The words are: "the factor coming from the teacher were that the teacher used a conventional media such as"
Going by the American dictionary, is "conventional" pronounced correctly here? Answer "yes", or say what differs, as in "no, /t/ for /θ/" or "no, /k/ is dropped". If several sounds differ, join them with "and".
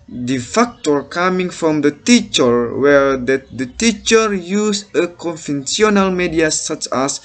no, /s/ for /ʃ/